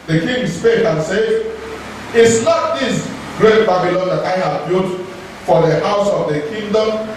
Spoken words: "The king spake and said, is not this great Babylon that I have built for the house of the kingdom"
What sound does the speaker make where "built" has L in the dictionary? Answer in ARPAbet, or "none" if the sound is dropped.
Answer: none